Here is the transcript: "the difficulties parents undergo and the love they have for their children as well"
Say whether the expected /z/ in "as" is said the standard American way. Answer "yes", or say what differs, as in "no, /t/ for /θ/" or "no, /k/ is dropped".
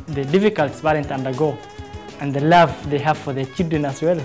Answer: no, /s/ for /z/